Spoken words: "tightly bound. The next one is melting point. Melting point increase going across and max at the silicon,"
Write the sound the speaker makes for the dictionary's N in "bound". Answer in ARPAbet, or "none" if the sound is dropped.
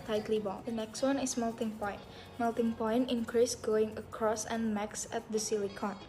L